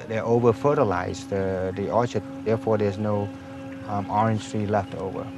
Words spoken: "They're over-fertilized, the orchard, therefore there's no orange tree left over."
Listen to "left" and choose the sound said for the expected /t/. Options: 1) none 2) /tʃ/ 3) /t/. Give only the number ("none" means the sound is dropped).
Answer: 3